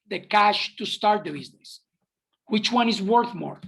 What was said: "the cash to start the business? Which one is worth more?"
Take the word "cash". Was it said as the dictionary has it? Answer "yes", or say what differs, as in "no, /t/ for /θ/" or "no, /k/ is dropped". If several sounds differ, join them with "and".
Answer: yes